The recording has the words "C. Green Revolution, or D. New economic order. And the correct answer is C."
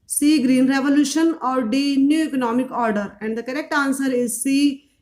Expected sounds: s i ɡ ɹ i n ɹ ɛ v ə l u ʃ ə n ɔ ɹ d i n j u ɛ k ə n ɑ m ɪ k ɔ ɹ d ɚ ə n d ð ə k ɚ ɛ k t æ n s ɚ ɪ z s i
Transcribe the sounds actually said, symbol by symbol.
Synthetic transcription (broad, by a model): s i ɡ ɹ i n ɹ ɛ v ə l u ʃ ə n ɔ ɹ d i n j u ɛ k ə n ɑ m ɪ k ɔ ɹ d ɚ ə n d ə k ɚ ɛ k t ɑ n s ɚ ɪ z s i